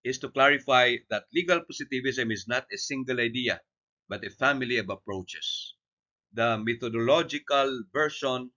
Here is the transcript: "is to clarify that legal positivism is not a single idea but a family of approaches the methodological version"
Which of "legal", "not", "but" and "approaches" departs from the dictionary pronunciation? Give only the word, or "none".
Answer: approaches